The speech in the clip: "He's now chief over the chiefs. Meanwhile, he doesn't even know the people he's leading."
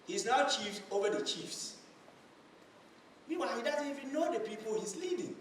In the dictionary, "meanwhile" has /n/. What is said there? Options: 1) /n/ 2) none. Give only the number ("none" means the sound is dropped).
2